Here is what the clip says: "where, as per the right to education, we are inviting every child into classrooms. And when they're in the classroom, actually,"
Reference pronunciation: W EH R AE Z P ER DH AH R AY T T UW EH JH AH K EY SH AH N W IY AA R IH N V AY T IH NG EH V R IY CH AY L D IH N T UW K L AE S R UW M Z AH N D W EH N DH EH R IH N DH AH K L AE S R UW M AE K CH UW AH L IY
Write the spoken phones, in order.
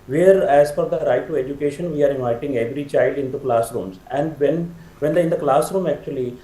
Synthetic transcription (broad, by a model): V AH R AE Z F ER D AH R AY T T UW EH JH AH K EY SH AH N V IY AA R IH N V AY T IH NG EH V R IY CH AY L D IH N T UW K L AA S R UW M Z AH N D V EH N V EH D IH N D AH K L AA S R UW M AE K CH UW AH L IY